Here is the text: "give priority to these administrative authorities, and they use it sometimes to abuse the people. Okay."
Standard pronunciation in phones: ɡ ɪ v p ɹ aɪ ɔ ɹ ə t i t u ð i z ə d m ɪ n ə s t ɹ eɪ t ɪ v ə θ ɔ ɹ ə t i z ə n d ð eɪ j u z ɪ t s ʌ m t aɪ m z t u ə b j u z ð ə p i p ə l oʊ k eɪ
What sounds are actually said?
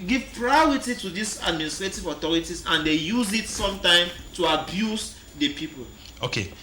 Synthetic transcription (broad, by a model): ɡ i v p ɹ aɪ ɔ ɹ ə t i t u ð i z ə d m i n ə s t ɹ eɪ t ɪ v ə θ ɔ ɹ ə t i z ə n d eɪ j u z ɪ t s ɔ m t aɪ m t u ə b j u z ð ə p i p ə l oʊ k eɪ